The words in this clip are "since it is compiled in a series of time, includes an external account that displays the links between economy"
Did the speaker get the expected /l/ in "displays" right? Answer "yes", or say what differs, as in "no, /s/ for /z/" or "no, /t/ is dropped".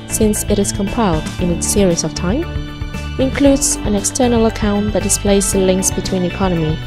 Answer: yes